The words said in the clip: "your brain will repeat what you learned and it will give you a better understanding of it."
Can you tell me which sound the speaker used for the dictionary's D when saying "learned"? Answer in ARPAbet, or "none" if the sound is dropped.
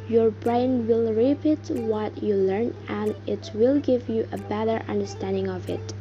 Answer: none